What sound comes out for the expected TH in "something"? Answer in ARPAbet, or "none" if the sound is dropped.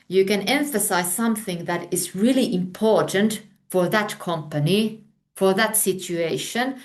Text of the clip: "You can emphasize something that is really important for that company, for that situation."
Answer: TH